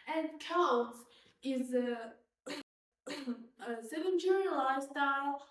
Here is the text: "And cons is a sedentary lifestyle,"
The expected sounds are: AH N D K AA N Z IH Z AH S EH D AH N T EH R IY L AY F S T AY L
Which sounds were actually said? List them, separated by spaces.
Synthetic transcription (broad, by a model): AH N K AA L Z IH Z AH S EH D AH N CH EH R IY L AY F S T AY L